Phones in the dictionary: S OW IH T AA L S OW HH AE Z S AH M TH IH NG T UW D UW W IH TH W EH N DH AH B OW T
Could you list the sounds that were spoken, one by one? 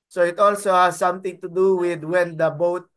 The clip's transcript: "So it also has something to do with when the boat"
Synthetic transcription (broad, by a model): S OW IH T AA L S OW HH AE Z S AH M T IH NG T UW D UW W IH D W EH N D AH B OW T